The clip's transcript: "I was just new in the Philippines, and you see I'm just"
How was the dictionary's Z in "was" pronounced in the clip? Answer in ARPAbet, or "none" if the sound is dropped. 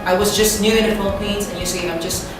Z